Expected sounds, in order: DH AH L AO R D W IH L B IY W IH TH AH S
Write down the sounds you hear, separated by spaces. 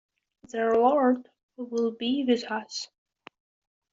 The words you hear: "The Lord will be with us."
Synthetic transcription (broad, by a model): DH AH W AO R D W IH L B IY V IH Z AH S